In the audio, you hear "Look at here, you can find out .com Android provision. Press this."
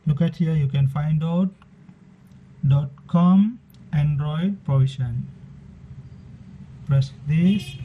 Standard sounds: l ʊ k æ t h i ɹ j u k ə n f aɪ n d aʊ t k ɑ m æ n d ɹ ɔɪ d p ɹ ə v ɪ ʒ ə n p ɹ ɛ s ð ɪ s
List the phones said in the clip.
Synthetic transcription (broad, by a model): l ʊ k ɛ t h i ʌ j u k ə n f aɪ n d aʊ t k ɑ m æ n d ɹ ɔɪ d p ɹ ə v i ʃ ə n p l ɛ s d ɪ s